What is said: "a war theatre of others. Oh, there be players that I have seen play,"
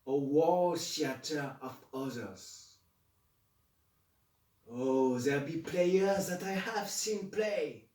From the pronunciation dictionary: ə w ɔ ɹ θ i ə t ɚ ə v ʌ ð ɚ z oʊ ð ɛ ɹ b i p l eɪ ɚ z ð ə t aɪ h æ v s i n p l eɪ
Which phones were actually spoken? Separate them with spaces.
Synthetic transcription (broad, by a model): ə w ɔ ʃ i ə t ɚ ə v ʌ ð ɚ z oʊ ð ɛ l b i p l eɪ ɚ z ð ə t aɪ h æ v s i n p l eɪ